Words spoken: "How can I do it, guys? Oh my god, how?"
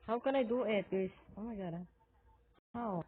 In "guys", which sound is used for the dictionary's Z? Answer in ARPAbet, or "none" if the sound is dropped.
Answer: S